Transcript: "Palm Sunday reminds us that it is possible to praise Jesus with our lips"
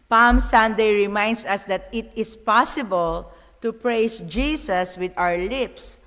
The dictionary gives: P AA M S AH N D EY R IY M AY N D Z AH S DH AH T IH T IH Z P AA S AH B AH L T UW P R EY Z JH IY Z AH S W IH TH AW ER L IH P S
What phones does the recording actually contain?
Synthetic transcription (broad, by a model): P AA M S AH N D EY R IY M AY N D S AH S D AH T IH T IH S P AA S AH B AH L T UW P R EY S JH IY S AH S W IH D AW ER L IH P S